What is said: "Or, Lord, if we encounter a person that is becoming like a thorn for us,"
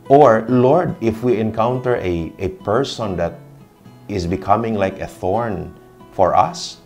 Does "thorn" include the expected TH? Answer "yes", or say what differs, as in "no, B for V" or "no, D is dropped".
yes